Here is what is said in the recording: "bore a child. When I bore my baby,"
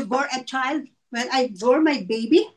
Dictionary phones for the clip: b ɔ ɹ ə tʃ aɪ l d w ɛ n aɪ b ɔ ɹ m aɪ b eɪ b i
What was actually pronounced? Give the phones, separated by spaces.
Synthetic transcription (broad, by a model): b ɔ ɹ ə tʃ aɪ l d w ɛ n aɪ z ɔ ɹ m aɪ b eɪ b i